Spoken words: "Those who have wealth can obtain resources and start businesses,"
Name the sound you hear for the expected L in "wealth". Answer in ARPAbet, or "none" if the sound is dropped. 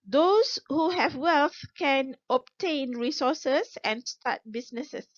L